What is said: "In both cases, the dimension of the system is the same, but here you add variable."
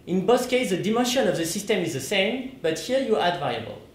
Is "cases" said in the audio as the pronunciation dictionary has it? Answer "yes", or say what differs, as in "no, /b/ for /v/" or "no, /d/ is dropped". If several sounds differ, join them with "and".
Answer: no, /s/ is dropped and /s/ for /z/